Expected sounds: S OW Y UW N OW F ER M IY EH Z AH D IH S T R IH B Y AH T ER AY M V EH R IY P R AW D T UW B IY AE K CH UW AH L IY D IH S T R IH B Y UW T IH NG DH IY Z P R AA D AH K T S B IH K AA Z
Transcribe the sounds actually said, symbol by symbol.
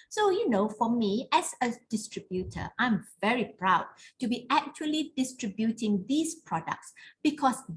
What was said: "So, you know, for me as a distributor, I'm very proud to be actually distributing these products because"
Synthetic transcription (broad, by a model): S OW Y UW N OW F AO M IY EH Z AH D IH S T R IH B Y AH T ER AY M V EH R IY P R AW D T UW B IY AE K CH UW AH L IY D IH S T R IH B Y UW T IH NG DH IY S P R AA D AH K T S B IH K AA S